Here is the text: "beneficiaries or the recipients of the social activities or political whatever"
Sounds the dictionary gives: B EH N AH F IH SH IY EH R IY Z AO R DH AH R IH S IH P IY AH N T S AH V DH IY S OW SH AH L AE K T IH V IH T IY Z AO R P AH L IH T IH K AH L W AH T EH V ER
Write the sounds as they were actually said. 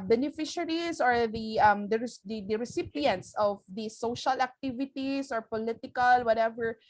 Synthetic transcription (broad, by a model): B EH N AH F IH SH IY R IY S AO R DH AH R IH S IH P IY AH N T S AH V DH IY S OW SH AH L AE K T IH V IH T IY S AO R P AH L IH T IH K AH L W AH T EH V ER